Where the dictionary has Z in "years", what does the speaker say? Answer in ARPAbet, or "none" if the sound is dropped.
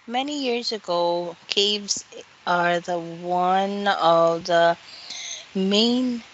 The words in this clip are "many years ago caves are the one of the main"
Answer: Z